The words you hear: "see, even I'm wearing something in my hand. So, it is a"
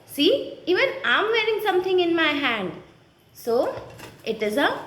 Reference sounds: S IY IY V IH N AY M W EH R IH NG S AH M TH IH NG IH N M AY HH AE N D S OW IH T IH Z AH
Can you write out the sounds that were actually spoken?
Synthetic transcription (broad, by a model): S IY IY V IH N AY M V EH R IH NG S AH M T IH NG IH N M AY HH AE N D S OW IH T IH Z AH